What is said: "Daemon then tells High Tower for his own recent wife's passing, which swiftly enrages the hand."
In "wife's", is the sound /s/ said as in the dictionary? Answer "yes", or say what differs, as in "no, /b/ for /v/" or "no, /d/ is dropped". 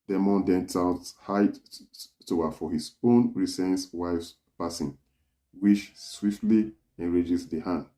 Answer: yes